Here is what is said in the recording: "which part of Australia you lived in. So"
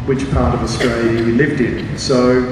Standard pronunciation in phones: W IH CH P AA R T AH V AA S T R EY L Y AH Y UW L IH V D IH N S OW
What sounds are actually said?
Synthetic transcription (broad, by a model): W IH CH P AA R T AH V AA S T R EY L Y AH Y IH L IH V D IH N S OW